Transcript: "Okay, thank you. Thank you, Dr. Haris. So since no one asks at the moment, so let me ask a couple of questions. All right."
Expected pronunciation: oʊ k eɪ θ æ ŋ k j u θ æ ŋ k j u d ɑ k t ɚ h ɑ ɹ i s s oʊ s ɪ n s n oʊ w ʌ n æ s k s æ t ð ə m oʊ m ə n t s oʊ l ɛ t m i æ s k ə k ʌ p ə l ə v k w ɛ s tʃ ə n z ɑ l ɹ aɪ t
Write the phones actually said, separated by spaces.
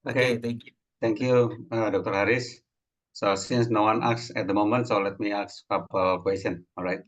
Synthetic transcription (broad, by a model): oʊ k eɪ t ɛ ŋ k j u t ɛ ŋ k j u d ɑ k t ɚ h ɑ ɹ i s s oʊ s ɪ n s n oʊ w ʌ n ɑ k s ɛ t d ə m oʊ m ə n t s oʊ l ɛ t m i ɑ k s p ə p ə k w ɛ s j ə n ɑ l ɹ aɪ t